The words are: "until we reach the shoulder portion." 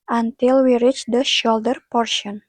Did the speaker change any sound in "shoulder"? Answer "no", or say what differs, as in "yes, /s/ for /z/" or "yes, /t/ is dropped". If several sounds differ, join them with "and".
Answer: no